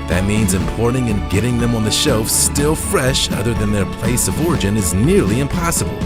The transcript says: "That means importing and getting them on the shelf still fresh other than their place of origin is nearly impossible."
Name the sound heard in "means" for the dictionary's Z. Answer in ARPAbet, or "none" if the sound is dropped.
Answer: Z